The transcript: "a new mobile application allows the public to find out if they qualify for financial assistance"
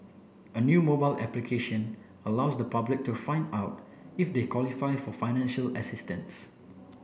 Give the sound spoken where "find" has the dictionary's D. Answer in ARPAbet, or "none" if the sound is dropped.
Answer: D